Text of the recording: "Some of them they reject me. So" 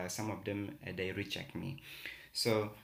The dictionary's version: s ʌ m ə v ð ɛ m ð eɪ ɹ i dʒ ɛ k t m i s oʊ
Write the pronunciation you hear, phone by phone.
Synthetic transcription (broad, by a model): s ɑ m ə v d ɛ m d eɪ ɹ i tʃ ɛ k m i s oʊ